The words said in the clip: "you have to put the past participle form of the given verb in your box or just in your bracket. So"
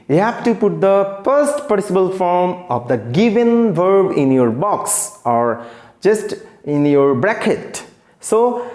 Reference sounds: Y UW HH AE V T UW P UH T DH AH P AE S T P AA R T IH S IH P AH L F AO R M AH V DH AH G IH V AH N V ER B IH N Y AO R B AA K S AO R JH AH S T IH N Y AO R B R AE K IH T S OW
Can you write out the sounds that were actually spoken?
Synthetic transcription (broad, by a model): Y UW HH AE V T UW P UH T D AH F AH S T P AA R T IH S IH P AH L F AO R M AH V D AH G IH V AH N V ER B IH N Y AO R B AA K S AO R JH AH S T IH N Y AO R B R AE K IH T S OW